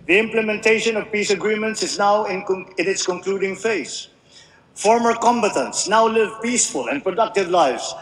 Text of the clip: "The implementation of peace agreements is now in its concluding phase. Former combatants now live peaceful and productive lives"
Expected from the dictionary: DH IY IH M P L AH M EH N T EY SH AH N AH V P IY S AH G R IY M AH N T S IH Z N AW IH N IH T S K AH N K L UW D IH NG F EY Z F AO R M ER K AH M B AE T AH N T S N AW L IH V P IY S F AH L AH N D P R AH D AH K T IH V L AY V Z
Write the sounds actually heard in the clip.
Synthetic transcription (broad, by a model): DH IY IH M P L AH M EH N T EY SH AH N AH V P IY S AH G R IY M AH N T S IH Z N AW IH N IH T S K AH N K L UW D IH NG F EY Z F AO R M ER K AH M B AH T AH N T S N AW L IH V P IY S F AH L AH N D P R AH D AH K T IH V L AY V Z